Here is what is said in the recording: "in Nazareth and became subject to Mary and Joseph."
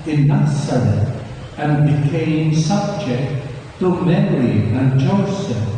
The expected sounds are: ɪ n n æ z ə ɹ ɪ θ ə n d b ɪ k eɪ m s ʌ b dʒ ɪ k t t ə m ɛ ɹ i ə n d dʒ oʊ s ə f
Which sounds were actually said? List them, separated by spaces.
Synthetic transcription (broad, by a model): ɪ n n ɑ s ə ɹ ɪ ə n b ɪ k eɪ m s ʌ b dʒ ɪ k t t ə m ɛ ɹ i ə n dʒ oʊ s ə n